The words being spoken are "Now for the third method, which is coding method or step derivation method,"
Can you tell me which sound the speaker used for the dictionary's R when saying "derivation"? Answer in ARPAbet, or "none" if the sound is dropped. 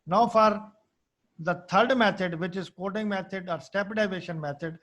none